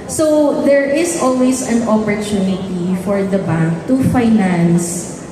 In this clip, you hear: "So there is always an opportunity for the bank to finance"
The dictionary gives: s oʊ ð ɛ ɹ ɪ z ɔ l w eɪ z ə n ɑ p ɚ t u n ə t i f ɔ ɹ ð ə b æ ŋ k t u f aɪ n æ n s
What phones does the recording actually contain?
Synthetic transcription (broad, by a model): s oʊ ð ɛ ɹ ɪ s ɔ l w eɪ s ə n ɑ p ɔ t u n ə t i f ɔ ɹ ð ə b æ ŋ k t u f aɪ n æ n s